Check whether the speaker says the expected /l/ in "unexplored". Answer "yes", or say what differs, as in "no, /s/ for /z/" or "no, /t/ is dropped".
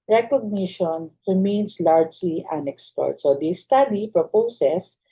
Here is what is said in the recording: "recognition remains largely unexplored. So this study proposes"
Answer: no, /l/ is dropped